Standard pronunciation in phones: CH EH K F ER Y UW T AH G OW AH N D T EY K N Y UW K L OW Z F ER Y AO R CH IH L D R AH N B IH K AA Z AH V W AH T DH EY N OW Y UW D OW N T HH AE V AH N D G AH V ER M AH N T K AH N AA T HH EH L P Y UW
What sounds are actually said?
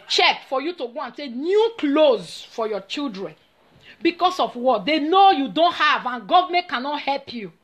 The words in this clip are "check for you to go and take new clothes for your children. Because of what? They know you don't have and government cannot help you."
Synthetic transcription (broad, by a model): CH EH K F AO Y UW T AH G OW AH N T EY K N Y UW K L OW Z F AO Y AO CH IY L D R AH N B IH K AA S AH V W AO T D EY N OW Y UW D OW N T HH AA V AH N G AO V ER M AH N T K AH N AA T HH EH L P Y UW